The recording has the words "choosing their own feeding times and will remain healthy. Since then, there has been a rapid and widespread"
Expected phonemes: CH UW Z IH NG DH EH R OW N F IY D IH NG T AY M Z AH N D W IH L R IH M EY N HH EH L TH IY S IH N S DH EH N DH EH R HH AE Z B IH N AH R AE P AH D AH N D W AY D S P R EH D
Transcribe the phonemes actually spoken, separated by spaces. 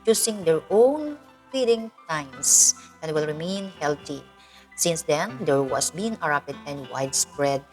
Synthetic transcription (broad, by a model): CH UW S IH NG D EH R OW N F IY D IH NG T AY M S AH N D W IH L R IH M EY N HH EH L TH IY S IH N S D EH N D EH R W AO S B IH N AH R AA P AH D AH N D W AY D S P R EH D